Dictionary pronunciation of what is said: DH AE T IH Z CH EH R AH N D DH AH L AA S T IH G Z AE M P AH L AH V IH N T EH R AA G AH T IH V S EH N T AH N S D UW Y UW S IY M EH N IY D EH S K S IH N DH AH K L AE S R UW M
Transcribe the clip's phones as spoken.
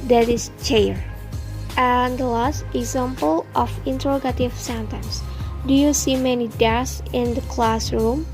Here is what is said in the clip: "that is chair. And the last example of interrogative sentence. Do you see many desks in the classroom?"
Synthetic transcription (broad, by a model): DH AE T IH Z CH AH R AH N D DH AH L AA S T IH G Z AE M P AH L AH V IH N T EH R AA G AH T IH V S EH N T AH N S D UW Y UW S IY M EH N IY D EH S S IH N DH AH K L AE S R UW M